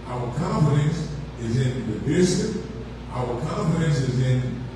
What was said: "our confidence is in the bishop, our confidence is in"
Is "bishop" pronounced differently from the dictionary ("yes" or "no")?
yes